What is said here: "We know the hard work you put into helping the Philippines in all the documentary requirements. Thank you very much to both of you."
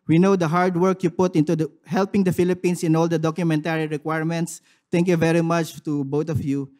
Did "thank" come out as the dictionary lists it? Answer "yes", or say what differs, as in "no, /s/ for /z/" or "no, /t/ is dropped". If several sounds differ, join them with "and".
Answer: no, /t/ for /θ/